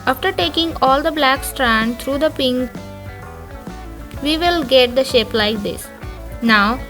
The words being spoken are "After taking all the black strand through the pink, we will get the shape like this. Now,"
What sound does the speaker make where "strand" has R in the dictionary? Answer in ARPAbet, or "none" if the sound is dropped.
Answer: R